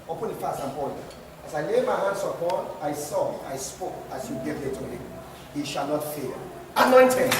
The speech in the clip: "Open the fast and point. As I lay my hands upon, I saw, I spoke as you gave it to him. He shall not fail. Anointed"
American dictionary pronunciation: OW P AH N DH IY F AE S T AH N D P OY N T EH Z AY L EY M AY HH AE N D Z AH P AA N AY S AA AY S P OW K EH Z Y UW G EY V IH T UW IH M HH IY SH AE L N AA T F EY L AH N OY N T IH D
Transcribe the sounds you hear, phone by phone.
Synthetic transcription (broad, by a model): OW P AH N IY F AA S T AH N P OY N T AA S AY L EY M AY HH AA N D S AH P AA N AY S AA AY S P OW K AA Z Y UW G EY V IH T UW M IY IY SH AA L N AA T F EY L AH N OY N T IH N